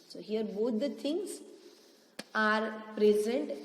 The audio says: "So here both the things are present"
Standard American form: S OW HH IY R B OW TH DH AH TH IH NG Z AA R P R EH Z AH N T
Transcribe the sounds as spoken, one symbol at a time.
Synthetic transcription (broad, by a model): S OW HH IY R B OW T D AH T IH NG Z AA R P R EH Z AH N T